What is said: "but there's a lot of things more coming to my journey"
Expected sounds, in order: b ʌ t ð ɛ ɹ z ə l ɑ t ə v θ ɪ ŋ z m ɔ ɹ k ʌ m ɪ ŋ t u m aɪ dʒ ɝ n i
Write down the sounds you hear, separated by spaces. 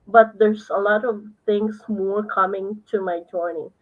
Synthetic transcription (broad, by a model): b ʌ t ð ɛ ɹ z ə l ɑ t ə v t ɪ ŋ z m ɔ ɹ k ʌ m ɪ ŋ t u m aɪ dʒ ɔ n i